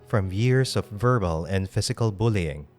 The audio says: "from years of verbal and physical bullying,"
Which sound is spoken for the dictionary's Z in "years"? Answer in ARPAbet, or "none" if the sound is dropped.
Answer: S